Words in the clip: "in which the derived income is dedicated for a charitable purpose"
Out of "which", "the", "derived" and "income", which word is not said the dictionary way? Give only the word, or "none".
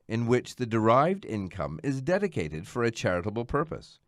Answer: none